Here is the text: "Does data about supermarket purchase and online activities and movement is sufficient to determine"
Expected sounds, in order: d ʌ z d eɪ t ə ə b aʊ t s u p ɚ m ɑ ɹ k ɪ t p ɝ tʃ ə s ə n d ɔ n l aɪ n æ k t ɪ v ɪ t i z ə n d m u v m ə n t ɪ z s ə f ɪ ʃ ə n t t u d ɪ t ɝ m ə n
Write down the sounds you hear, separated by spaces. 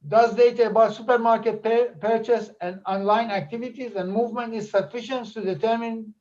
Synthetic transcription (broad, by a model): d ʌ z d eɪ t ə ə b aʊ t s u p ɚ m ɑ ɹ k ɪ t p ɝ tʃ ə s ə n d ɔ n l aɪ n æ k t ɪ v ɪ t i z ə n d m u v m ə n t ɪ z s ə f ɪ ʃ ə n t t u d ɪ t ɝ m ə n